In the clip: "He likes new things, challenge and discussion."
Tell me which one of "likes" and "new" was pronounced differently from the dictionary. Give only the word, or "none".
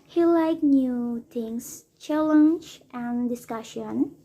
likes